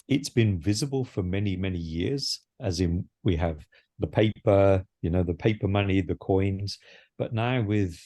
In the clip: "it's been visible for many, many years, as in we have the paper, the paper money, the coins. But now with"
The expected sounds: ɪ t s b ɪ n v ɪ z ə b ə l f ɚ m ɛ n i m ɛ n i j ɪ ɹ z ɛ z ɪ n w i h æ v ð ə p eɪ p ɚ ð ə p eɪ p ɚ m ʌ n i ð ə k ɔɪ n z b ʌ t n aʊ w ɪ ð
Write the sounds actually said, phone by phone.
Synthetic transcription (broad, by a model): ɪ t s b ɪ n v ɪ z ə b ə l f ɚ m ɛ n i m ɛ n i j ɪ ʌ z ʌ z ɪ n w i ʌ v ð ə p eɪ p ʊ ð ə p eɪ p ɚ m ʌ n i ð ə k ɔɪ n z b ʌ t n aʊ w ɪ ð